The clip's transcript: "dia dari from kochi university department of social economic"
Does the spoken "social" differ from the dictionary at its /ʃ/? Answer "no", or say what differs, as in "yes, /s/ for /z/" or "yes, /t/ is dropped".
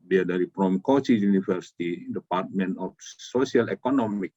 yes, /s/ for /ʃ/